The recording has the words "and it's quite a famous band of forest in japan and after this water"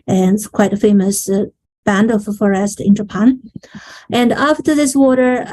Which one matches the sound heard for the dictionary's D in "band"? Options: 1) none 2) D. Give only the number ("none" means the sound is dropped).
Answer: 2